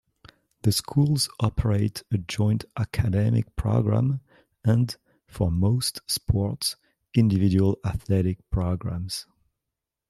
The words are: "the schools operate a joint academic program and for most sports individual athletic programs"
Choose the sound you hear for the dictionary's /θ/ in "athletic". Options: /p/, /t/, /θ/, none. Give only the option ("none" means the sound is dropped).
/θ/